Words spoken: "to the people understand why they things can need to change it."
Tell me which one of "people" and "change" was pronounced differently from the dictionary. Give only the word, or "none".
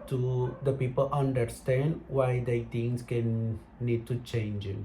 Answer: none